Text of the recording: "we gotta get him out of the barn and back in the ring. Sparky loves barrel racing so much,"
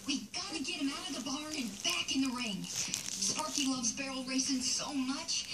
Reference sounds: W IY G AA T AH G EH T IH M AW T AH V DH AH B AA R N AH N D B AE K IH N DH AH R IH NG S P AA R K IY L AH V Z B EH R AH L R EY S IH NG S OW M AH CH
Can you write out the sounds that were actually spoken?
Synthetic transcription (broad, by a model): W IY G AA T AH G EH T IH M AW T AH V DH AH B AA R AH N B AE K IH N DH AH R IH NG S P AA R K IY L AH V Z B EH R L R EY S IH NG S OW M AH CH